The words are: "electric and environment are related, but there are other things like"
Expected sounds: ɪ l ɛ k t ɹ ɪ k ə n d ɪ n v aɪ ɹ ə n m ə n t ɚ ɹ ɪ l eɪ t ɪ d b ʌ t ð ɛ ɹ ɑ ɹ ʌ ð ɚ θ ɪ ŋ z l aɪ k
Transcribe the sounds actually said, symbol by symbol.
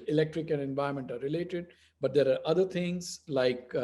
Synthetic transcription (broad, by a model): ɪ l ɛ k t ɹ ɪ k ə n d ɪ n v aɪ ə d m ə n t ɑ ɹ ɪ l eɪ t ɪ d b ʌ t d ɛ ɹ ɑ ɹ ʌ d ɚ t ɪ ŋ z l aɪ k